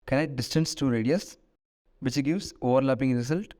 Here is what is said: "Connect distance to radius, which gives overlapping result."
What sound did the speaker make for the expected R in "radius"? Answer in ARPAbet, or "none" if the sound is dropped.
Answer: R